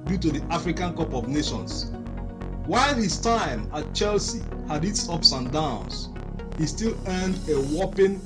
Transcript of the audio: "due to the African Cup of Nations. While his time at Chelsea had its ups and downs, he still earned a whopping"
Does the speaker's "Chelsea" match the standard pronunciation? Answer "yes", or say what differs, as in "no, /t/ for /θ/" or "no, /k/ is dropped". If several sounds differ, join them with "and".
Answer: yes